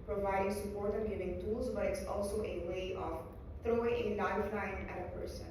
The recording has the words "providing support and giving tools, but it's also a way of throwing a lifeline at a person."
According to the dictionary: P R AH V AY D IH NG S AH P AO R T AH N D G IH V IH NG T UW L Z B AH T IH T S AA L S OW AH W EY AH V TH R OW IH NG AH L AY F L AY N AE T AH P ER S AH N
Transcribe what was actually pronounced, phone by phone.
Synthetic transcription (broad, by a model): P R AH V AY D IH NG S AH P AO R T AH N G IH V IH NG T UW L Z B AH T IH T S AA L S OW AH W EY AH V TH R OW IH NG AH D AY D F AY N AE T AH P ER S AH N